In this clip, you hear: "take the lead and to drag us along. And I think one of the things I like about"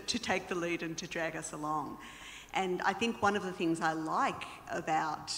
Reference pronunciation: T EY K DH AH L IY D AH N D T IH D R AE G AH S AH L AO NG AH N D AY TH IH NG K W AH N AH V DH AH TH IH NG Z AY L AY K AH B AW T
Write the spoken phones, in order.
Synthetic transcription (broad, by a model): T EY K DH AH L IY D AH N T IH D R AE G AH S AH L AO NG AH N AY TH IH NG K W AH N AH V DH AH TH IH NG Z AY L AY K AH B AW T